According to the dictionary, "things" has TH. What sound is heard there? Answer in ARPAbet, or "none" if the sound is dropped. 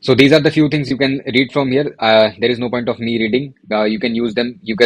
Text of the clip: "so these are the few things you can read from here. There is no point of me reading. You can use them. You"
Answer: T